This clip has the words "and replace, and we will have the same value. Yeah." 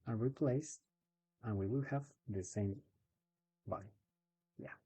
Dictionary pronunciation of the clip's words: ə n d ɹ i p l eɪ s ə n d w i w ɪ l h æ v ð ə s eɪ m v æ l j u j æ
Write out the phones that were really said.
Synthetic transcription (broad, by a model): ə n ɹ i p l eɪ s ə n w i w ɪ l h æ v ð ə s eɪ m b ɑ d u j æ